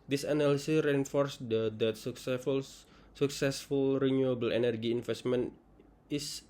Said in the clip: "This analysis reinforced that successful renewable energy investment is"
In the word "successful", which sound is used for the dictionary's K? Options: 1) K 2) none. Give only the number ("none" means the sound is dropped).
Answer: 1